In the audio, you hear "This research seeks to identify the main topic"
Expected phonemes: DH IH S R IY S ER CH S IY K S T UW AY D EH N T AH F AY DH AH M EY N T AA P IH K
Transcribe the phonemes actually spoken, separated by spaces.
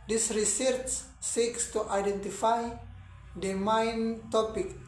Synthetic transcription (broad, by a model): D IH S R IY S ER S S IY K S T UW AY D EH N T AH F AY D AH M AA N T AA P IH K